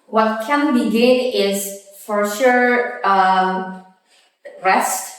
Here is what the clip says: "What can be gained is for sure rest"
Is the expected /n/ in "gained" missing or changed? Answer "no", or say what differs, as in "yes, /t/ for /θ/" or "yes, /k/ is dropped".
yes, /n/ is dropped